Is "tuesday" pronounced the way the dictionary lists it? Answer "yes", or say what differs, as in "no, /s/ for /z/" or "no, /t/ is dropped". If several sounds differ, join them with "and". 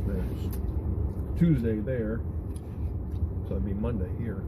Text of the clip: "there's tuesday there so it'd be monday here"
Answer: yes